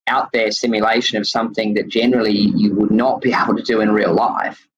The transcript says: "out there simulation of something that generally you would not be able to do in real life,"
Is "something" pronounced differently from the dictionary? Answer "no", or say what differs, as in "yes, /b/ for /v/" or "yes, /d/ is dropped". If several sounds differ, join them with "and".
no